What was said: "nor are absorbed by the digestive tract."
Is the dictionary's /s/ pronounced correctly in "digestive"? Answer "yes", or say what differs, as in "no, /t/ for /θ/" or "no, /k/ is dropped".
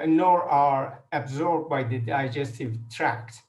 yes